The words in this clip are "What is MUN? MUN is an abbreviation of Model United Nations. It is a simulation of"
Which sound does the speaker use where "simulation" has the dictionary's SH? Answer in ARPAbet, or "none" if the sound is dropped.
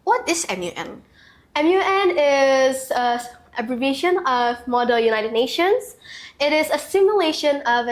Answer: SH